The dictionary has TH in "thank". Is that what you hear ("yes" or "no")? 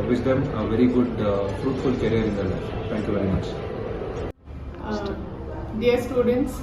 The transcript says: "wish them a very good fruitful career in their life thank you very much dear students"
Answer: no